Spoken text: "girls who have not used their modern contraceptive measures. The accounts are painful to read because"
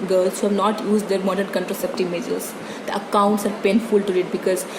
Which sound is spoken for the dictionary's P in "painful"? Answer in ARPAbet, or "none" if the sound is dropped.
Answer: P